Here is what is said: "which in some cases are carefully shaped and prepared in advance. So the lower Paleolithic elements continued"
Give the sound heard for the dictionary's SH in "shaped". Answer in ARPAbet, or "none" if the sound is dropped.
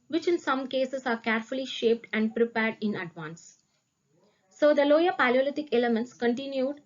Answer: SH